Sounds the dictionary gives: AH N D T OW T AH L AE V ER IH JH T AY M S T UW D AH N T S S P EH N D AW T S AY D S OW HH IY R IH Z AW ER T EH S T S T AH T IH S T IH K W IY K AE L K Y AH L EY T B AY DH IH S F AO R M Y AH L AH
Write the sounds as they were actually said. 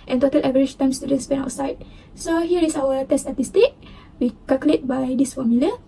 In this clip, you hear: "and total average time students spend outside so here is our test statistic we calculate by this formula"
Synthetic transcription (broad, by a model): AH N T OW T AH L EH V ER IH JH T AY M S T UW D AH N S S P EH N AW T S AY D S OW HH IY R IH S AW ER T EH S S T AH T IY S T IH K W IY K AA L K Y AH L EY T B AY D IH S F AO M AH L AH